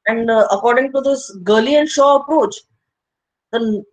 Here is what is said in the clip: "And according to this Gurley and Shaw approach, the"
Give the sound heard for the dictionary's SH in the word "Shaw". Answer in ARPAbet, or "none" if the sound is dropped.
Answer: SH